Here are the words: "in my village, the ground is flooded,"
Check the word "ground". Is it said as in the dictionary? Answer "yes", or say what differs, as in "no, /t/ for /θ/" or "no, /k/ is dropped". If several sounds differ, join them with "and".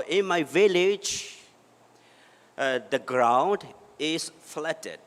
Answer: yes